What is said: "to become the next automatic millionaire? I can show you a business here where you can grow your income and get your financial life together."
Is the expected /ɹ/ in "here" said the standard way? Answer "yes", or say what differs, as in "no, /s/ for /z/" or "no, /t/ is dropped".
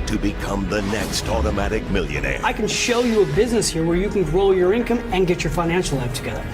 yes